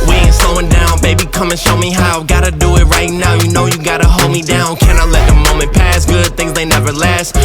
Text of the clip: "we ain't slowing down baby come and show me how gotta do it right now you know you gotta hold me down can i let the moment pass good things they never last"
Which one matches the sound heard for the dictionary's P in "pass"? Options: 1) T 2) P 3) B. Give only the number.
2